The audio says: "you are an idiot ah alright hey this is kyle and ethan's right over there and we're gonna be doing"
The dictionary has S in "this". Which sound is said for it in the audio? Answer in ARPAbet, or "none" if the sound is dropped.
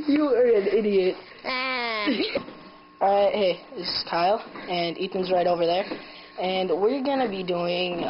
none